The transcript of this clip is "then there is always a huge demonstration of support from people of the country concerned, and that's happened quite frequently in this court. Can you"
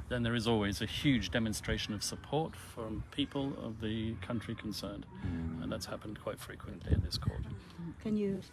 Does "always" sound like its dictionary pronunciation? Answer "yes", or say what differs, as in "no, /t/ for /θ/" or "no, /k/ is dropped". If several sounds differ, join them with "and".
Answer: yes